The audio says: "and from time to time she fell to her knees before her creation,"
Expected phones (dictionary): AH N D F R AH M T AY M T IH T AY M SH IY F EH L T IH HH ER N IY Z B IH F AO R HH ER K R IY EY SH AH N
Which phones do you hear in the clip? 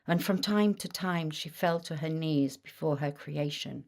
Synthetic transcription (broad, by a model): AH N F R AH M T AY M T IH T AY M SH IY F EH L T IH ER N IY Z B IH F AO R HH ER K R IY EY SH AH N